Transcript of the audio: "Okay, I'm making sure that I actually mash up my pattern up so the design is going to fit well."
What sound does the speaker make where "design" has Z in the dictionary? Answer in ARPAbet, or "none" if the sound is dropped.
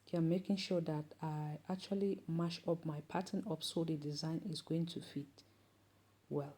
Z